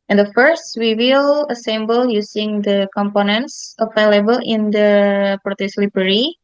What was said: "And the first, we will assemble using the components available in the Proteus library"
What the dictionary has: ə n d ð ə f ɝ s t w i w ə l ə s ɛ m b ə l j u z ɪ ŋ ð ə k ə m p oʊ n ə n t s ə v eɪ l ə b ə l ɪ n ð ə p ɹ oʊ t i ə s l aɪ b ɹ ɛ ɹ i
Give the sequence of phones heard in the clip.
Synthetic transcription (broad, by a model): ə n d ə f ɝ s t w i w ə l ə s ɛ m b ə l j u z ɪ ŋ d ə k ə m p oʊ n ə n t s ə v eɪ l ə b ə l ɪ n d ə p ɹ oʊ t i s l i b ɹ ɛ ɹ i